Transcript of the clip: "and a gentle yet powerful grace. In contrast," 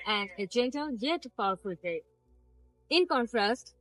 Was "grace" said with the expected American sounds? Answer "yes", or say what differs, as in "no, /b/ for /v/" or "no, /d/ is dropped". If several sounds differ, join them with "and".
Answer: no, /s/ is dropped